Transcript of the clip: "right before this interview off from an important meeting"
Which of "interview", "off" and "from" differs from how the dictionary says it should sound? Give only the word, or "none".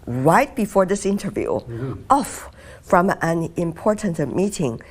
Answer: none